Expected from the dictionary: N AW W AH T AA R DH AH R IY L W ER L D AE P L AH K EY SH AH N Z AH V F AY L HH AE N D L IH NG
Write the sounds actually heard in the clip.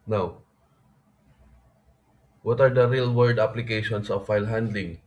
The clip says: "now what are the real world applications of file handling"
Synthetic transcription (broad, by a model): N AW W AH T AA R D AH R IY L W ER D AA P L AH K EY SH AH N S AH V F AY L HH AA N D L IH NG